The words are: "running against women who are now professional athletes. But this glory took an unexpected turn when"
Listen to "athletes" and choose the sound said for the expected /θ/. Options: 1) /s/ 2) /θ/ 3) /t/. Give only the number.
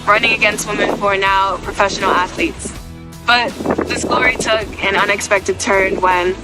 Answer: 2